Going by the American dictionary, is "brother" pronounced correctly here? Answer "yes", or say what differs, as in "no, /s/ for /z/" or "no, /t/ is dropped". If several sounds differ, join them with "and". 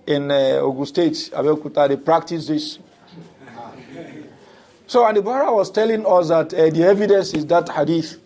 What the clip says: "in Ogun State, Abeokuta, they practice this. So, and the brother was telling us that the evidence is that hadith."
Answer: no, /ɹ/ is dropped